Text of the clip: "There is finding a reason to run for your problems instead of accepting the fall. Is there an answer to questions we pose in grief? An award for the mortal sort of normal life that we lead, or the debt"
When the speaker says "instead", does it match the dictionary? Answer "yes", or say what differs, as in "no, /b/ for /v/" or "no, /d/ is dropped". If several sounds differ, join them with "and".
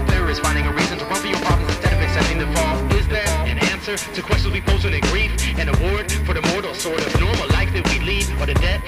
yes